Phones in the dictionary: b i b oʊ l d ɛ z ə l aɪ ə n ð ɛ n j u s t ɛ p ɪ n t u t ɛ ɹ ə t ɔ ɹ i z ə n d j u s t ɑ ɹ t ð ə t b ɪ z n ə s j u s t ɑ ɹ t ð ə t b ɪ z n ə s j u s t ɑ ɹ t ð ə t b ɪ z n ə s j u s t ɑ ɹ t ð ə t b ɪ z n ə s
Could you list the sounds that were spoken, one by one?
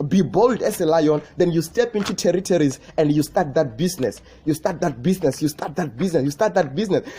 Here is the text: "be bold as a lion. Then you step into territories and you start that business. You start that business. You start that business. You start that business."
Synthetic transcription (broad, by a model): b i b oʊ l d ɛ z ə l aɪ ə n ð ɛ n j u s t ɛ p ɪ n t u t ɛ ɹ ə t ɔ ɹ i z ə n d j u s t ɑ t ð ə t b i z n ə s j u s t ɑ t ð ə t b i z n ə s j u s t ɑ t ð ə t b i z n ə s j u s t ɑ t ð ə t b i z n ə s